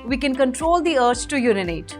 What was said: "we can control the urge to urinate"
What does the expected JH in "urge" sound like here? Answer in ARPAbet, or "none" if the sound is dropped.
CH